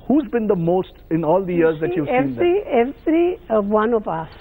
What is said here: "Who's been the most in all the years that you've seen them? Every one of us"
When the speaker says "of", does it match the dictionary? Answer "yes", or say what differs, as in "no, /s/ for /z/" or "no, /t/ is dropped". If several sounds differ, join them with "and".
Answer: no, /p/ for /v/